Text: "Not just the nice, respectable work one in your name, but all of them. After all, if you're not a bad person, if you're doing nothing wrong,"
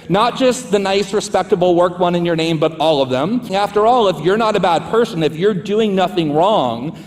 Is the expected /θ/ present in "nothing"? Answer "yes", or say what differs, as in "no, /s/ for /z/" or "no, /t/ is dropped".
yes